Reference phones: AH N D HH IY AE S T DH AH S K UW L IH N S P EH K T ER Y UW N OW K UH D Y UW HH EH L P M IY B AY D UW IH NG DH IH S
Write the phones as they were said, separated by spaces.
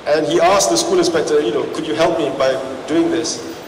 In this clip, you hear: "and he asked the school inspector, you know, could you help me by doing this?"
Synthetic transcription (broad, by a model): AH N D HH IY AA S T DH AH S K UW L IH S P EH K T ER Y UW N OW K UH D Y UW HH EH L P M IY B AY D UW IH NG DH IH S